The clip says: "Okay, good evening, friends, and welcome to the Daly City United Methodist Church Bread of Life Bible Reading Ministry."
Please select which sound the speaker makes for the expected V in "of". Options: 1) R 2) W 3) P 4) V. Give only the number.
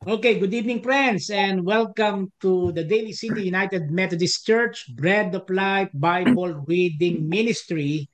3